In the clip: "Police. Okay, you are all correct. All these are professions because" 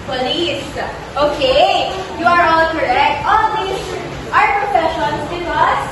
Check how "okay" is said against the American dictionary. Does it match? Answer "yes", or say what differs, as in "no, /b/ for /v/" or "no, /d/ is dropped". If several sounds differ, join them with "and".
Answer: yes